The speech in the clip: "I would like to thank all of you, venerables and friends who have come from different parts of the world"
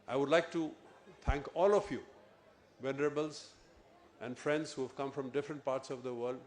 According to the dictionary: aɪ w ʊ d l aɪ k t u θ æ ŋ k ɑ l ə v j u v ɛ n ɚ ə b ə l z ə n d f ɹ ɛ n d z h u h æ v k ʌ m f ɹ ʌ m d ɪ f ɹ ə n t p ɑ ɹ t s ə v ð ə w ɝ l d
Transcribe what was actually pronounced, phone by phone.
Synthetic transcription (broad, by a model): aɪ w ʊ d l aɪ k t u t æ ŋ k ɑ l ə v j u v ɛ n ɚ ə b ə l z ə n d f ɹ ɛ n d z h u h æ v k ʌ m f ɹ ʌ m d ɪ f ɹ ə n t p ɑ ɹ t s ə v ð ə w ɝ l d